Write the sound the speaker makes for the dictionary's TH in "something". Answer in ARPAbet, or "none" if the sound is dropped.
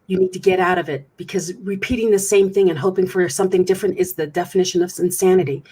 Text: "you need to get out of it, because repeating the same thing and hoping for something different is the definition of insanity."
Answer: TH